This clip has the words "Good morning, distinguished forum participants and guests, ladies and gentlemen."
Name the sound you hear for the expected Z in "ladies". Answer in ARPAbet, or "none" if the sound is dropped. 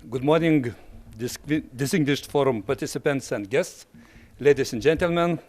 S